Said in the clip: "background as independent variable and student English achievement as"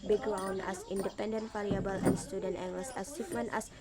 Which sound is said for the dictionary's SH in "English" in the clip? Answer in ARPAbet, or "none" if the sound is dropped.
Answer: S